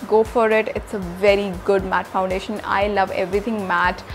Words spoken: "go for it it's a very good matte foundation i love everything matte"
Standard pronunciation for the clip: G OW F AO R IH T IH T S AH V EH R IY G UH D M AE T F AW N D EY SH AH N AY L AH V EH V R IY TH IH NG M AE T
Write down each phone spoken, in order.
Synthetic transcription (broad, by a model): G OW F AO R IH T IH T S AH V EH R IY G UH D M AE T F AW N D EY SH AH N AY L AH V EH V R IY T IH NG M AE T